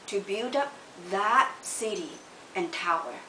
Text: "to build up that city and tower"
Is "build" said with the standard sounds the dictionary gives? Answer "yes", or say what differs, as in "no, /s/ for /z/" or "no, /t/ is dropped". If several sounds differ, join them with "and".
yes